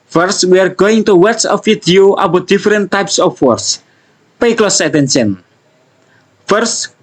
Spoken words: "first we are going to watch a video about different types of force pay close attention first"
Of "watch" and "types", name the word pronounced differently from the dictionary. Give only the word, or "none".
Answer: watch